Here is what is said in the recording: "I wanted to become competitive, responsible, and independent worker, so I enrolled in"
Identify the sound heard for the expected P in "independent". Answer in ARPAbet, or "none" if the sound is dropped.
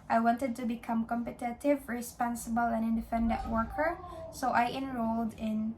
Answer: F